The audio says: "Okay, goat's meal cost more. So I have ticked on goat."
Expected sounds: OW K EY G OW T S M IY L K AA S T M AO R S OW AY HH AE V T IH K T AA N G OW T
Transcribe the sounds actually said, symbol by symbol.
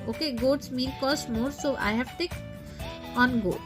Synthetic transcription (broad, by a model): OW K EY G OW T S M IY N K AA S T M AO R S OW AY HH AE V T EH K AA N G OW